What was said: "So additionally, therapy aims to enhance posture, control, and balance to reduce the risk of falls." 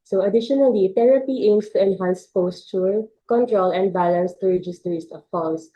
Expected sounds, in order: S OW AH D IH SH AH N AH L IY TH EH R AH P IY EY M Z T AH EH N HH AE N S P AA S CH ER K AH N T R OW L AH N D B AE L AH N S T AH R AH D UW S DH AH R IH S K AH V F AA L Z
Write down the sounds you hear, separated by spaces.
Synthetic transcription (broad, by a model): S OW AH D IH SH AH N AH L IY T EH R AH P IY EY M S T AH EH N HH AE N S P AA S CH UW K AH N T R OW L AH N D B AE L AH N S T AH R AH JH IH S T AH R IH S AH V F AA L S